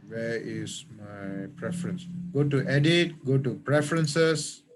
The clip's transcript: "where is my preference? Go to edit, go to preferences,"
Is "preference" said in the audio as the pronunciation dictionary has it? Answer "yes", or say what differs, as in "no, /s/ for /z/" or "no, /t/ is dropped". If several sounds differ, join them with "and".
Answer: yes